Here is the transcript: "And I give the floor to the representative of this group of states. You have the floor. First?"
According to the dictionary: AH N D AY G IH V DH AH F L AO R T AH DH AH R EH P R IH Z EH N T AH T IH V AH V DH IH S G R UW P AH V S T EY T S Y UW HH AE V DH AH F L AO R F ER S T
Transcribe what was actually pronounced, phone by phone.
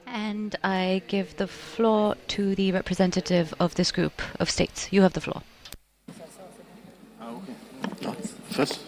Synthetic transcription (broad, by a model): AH N D AY G IH V DH AH F L AO R T AH DH AH R EH P R IH Z EH N T AH T IH V AH V DH IH S G R UW P AH V S T EY T S Y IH V DH AH F L AO R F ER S